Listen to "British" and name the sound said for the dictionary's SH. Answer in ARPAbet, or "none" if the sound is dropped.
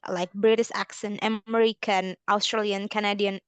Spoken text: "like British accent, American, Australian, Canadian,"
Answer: S